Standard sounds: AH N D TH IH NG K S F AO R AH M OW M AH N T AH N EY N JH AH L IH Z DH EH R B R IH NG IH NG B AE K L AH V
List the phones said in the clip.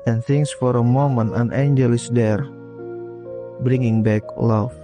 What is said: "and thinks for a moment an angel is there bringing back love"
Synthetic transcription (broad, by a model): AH N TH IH NG S F AO R AH M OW M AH N AH N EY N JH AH L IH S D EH R B R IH NG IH NG B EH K L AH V